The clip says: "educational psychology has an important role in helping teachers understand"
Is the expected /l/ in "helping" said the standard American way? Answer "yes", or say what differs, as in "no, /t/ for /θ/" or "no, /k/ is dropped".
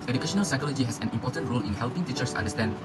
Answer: yes